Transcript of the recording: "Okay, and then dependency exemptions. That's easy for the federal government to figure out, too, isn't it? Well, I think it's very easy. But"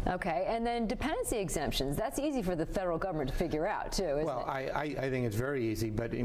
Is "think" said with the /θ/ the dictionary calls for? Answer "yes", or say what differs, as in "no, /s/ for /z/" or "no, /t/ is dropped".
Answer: yes